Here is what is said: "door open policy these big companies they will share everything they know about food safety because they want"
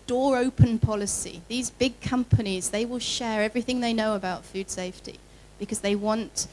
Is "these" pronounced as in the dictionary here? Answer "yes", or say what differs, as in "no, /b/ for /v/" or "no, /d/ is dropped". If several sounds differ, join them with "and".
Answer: yes